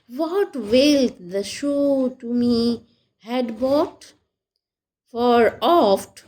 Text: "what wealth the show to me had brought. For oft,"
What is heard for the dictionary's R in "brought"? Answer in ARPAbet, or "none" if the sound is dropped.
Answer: none